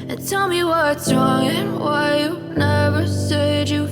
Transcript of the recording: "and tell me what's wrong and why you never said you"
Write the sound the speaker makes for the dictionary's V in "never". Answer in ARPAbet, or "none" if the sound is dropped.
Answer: V